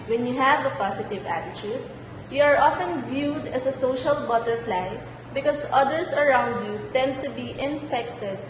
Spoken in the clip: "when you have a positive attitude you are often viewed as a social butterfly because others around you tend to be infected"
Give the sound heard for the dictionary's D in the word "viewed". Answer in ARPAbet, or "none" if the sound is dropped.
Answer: D